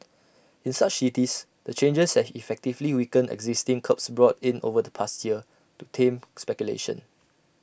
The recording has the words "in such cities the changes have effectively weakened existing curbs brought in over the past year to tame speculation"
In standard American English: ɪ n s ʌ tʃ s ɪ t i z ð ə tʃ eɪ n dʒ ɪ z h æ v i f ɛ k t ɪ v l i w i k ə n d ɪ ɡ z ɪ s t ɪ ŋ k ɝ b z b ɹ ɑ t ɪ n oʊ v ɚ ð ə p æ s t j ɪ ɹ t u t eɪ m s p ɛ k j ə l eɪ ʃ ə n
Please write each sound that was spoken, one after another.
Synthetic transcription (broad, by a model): ɪ n s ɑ tʃ s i t i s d ə tʃ eɪ n dʒ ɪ s h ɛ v i f ɛ k t ɪ v l i w i k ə n ɪ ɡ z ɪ s t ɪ ŋ k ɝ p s b ɹ ɑ t ɪ n oʊ v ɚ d ə p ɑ s t j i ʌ t u t eɪ m s p ɛ k j ə l eɪ ʃ ə n